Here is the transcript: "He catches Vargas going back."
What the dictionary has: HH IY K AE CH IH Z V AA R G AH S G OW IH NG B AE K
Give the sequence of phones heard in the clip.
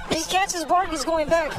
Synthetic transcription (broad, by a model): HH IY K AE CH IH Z B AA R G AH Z G OW IH NG B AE K